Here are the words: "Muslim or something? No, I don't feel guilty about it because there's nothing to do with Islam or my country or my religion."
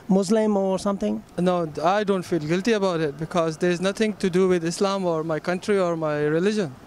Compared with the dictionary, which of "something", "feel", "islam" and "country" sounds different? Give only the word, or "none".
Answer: something